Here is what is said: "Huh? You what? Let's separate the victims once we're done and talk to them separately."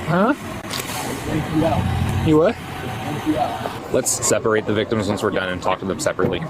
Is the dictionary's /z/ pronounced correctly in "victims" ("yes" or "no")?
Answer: yes